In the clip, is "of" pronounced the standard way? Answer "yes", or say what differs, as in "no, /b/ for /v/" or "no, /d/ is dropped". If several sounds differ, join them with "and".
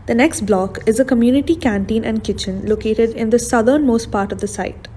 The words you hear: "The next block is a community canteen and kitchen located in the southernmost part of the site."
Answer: yes